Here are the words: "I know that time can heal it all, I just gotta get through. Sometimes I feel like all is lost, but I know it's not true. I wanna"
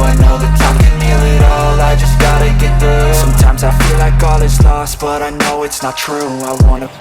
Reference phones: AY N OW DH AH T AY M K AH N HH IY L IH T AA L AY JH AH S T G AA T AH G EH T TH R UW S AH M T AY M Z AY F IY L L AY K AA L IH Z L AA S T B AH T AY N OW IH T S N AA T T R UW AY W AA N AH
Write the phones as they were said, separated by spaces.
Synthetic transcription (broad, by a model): AY N OW DH AH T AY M K AH N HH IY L IH T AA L AY JH AH S G AA T AH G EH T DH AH S AH M T AY M Z AY F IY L L AY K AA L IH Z L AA S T B AH T AY N OW IH T S N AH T T R UW AY W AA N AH